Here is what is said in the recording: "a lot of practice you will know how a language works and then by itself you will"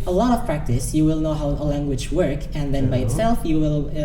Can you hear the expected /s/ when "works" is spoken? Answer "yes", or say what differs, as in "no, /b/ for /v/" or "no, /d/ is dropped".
no, /s/ is dropped